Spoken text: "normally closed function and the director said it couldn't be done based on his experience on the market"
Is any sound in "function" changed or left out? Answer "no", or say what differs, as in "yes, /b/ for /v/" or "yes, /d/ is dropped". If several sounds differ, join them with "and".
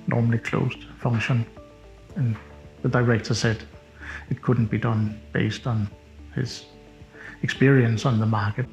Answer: yes, /k/ is dropped